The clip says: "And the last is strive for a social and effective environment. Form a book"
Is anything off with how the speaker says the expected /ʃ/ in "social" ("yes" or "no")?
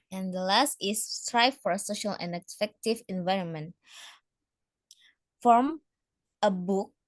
no